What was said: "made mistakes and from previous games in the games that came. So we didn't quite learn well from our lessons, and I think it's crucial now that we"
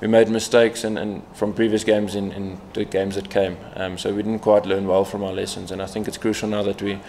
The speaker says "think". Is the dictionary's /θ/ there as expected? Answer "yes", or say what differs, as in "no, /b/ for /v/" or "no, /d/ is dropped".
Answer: yes